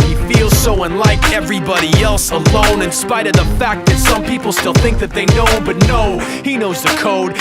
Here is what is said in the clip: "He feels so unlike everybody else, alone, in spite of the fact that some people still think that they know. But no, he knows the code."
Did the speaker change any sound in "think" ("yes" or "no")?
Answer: no